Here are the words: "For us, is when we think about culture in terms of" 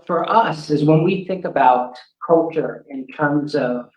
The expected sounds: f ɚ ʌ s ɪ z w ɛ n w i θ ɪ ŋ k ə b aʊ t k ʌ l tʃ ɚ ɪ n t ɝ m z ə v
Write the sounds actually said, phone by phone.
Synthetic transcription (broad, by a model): f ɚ ʌ s ɪ z w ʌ n w i θ ɪ ŋ k ə b aʊ t k ʌ l tʃ ɚ ɪ n t ɝ m z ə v